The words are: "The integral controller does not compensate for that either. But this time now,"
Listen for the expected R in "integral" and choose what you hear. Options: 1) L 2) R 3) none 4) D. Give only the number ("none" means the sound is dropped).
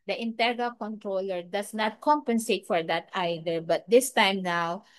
3